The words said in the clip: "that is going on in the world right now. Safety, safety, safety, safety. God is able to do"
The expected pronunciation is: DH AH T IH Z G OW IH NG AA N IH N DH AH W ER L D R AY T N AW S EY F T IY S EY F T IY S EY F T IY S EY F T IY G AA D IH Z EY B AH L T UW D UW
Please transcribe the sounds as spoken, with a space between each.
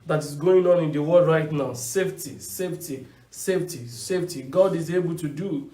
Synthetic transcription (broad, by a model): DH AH T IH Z G OW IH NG AA N IH N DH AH W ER D R AY T N AW S EY F T IY S EY F T IY S EY F T IY S EY F T IY G AA D IH Z EY B AH L T UW D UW